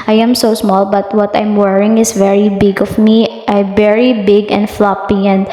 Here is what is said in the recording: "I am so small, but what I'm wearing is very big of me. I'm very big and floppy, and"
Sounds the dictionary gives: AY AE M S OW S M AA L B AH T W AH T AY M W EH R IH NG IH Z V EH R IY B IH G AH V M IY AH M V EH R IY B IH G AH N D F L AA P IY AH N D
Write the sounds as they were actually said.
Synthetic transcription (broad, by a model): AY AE M S OW S M AA L B AH T W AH T AY M W EH R IH NG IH S V EH R IY B IH G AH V M IY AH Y V EH R IY B IH G AH N D F L AA P IY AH N D